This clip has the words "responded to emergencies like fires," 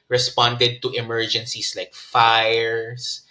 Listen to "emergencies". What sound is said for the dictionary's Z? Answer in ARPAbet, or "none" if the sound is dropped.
S